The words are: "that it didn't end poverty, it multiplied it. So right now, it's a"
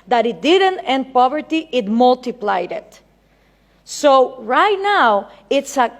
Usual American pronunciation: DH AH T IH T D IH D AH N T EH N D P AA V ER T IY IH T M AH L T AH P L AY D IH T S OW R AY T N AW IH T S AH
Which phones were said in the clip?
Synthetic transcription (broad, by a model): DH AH T IH T D IH D AH N T EH N D P AA V ER T IY IH T M AH L T AH P L AY D IH T S OW R AY T N AW IH T S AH